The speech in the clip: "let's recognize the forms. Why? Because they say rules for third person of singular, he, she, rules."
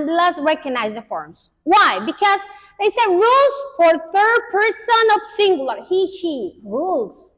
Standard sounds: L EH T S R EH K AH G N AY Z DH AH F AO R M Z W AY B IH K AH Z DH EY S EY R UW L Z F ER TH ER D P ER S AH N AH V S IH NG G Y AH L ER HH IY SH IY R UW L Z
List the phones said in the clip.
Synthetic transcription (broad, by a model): L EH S R EH K AH G N AY Z DH AH F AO R M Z W AY B IH K AH Z DH EY S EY R UW L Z F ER TH ER D P ER S AH N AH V S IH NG G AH L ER HH IY SH IY R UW L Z